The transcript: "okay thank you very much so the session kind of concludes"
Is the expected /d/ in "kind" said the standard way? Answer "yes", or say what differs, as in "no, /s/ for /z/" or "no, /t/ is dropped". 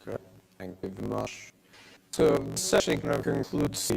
no, /d/ is dropped